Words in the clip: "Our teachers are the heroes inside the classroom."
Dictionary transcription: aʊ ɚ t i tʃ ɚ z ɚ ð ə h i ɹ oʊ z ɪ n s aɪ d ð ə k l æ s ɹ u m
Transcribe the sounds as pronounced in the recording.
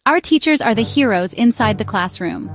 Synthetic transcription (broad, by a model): aʊ ɚ t i tʃ ɚ z ɚ ð ə h i ɹ oʊ z ɪ n s aɪ d ð ə k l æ s ɹ u m